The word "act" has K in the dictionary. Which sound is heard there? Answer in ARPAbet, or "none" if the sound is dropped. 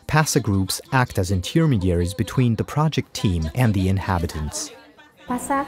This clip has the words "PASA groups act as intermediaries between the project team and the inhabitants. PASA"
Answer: K